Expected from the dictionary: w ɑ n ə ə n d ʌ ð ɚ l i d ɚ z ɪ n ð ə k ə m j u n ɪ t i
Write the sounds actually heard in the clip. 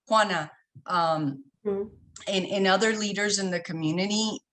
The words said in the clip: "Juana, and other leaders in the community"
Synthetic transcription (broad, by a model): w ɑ n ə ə n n ʌ ð ɚ l i d ɚ z ɪ n ð ə k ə m j u n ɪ t i